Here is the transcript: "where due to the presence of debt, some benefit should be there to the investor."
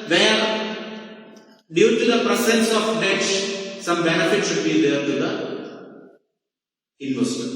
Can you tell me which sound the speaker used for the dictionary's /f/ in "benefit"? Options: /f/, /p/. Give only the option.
/f/